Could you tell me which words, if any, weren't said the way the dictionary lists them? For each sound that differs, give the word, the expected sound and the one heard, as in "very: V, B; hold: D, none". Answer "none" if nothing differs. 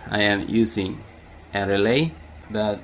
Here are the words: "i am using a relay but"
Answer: using: Z, S